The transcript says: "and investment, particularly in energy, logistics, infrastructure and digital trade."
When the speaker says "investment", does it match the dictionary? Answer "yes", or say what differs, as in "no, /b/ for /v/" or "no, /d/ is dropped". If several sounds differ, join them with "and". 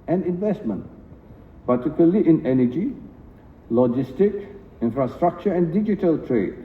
yes